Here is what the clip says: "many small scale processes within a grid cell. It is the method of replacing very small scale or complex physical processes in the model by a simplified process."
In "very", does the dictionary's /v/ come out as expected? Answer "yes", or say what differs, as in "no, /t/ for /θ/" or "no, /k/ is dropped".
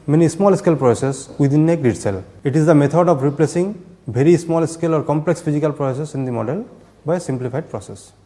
no, /b/ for /v/